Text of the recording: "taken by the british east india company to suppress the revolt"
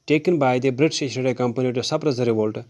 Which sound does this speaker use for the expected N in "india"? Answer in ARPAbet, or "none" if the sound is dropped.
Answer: none